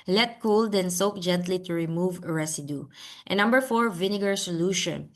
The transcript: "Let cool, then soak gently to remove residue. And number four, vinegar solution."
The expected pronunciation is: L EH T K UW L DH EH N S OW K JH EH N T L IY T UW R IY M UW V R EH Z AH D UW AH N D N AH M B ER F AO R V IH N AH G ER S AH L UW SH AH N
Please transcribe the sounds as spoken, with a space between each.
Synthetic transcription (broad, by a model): L EH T K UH L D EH N S OW K JH EH N T L IY T UW R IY M UW V R EH S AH D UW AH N N AH M B ER F AO R V IH N AH G ER S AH L UW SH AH N